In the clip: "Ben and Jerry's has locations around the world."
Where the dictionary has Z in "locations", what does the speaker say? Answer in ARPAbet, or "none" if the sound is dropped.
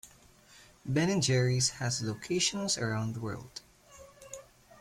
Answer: S